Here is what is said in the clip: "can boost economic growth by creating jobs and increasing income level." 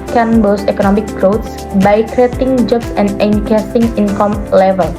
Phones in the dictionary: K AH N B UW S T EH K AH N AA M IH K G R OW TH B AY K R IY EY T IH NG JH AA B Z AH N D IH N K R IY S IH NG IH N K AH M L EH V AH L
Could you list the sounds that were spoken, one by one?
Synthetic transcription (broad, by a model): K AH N B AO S EH K AH N AA M IH K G R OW S B AY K R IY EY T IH NG JH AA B S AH N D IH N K EH S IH NG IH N K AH M L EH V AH L